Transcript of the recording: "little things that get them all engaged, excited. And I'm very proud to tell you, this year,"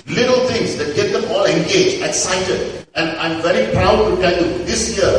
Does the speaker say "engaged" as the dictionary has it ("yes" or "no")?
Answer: no